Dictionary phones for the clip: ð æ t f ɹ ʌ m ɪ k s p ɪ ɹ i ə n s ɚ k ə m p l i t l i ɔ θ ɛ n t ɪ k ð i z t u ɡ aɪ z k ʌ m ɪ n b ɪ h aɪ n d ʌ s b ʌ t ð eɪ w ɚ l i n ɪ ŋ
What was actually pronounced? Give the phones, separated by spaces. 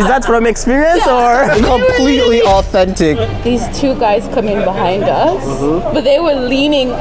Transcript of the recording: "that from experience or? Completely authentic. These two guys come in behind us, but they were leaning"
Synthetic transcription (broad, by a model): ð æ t f ɹ ʌ m ɪ k s p ɪ ɹ i ə n s ɚ k ə m p l i t l i ɔ θ ɛ n t ɪ k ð i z t u ɡ aɪ z k ʌ m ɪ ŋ b ɪ h aɪ n d ʌ s b ʌ t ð eɪ w ɚ l i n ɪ ŋ